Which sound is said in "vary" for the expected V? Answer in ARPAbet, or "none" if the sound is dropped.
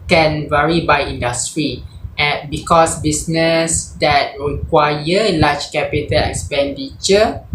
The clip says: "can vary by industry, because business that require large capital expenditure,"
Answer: V